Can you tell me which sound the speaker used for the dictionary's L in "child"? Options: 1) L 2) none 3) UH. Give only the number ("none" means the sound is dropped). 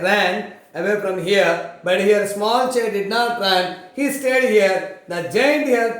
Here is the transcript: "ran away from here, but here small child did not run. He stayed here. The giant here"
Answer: 2